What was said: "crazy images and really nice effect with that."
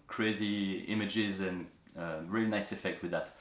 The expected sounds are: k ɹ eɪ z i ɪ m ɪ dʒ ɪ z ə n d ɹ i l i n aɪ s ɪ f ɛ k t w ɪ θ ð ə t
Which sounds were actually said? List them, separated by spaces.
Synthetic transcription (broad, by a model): k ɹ eɪ z i ɪ m ɪ dʒ ɪ z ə n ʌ ɹ i l i n aɪ s ɪ f ɛ k t w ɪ ð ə t